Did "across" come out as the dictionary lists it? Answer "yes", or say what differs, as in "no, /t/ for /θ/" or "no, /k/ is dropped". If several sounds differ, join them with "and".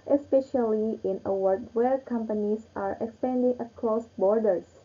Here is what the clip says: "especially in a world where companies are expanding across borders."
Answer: no, /l/ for /ɹ/